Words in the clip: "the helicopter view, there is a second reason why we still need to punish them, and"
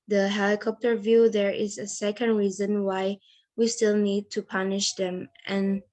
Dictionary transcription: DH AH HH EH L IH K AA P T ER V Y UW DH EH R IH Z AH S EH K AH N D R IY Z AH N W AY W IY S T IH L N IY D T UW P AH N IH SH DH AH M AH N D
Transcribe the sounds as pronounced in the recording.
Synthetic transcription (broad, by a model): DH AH HH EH L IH K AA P T ER V Y UW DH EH R IH Z AH S EH K AH N D R IY Z AH N W AY W IY S T IH L N IY D T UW P AH N IH SH DH AH M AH N